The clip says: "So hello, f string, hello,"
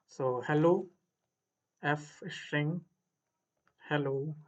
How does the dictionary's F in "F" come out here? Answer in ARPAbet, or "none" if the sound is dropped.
F